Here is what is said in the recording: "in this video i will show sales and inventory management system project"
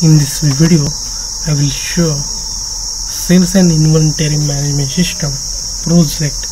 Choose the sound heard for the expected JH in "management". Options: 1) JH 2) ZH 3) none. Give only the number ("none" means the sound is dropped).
3